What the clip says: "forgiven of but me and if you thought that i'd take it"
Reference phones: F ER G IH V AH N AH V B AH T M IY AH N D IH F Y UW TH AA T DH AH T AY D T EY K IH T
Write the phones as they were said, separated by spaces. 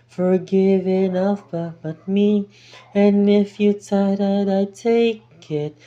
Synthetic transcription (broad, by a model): F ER G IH V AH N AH B B AH T M IY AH N IH F Y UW T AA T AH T AY T EY K IH T